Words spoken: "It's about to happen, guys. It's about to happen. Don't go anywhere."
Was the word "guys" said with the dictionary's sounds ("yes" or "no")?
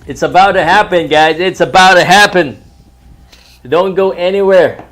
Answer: yes